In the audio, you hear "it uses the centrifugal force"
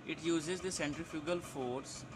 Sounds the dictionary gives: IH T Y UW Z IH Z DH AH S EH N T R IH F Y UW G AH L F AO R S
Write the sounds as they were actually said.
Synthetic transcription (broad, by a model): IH T Y UW Z IH Z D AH S EH N T R IH F Y UW G AH L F AO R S